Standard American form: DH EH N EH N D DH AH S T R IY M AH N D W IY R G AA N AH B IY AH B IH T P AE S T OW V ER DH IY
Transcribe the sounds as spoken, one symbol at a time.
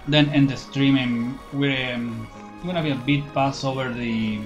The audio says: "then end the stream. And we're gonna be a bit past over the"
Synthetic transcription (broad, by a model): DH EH N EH N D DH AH S T R IY M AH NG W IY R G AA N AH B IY AH B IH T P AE S OW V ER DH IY